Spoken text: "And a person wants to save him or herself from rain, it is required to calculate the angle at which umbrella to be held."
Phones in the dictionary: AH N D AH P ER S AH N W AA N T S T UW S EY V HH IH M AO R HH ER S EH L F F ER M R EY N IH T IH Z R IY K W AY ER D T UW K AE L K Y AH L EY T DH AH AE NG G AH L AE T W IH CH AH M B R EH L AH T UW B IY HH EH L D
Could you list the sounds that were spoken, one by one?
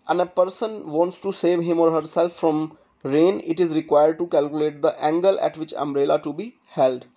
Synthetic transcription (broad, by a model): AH N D AH P ER S AH N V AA N T S T UW S EY V HH IH M AO R HH ER S EH L F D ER M R EY N IH T IH Z R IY K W AY ER D T UW K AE L K Y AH L EY T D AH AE NG G AH L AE T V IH CH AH M R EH L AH T UW B IY HH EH L D